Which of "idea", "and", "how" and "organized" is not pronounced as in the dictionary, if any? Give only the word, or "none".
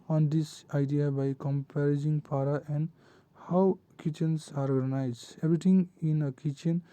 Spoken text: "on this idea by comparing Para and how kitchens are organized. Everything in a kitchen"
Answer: organized